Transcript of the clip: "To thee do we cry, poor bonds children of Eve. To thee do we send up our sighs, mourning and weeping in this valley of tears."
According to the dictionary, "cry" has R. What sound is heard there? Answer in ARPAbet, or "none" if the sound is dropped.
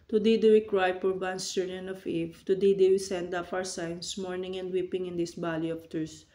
R